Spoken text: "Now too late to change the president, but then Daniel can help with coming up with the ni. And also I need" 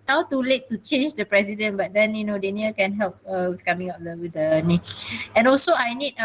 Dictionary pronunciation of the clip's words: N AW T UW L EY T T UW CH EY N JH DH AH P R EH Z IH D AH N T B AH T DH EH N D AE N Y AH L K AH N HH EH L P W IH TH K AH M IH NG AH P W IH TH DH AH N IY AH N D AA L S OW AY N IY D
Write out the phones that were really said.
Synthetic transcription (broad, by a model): N AW T UW L EY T T UW CH EY N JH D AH P R EH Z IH D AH N B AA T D EH N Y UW N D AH N K AH N HH EH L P W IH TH K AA M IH NG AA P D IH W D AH N IY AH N AA L S OW AY N IY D